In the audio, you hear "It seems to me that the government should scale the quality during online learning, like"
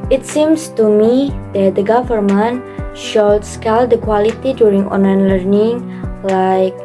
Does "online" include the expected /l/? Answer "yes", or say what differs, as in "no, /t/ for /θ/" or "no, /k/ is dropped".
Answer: no, /l/ is dropped